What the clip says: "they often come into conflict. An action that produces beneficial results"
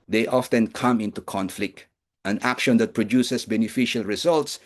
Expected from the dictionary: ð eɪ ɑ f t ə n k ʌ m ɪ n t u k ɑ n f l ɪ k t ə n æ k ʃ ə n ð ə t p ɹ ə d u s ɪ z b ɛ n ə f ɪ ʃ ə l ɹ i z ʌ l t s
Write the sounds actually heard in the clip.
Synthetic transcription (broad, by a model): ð eɪ ɑ f t ə n k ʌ m ɪ n t u k ɑ n f l ɪ k t ə n æ k ʃ ə n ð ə t p ɹ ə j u s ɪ s b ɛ n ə f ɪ ʃ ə l ɹ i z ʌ l t s